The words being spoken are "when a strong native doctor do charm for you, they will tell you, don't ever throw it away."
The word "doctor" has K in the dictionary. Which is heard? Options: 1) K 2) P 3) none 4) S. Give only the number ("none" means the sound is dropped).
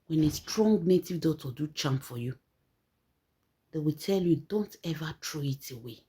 3